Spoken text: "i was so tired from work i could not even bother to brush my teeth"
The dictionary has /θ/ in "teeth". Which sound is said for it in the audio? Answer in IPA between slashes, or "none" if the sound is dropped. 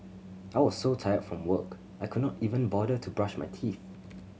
/θ/